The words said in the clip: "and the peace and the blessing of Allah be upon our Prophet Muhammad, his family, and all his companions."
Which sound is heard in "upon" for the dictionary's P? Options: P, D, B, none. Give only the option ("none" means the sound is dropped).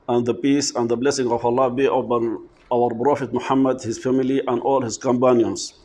B